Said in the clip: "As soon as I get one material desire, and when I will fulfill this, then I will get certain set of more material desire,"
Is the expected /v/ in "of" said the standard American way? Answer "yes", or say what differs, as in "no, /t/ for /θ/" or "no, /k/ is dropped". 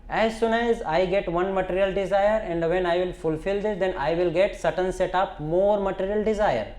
no, /p/ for /v/